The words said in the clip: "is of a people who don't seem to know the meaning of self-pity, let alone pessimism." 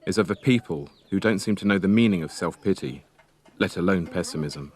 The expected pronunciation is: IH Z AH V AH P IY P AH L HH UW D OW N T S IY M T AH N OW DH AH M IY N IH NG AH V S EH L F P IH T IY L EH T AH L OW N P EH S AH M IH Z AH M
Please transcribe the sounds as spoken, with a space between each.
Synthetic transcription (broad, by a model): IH Z AH V AH P IY P AH L HH UW D OW N T S IY M T AH N OW DH AH M IY N IH NG AH V S EH L F P IH T IY L EH T AH L OW N P EH S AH M IH Z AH M